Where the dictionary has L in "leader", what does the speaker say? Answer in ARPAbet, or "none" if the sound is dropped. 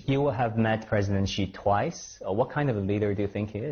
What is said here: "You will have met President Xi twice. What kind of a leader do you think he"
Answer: L